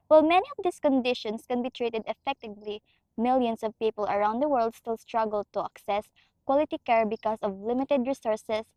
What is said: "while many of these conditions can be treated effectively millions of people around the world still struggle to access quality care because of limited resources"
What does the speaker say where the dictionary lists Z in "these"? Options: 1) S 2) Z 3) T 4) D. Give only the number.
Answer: 1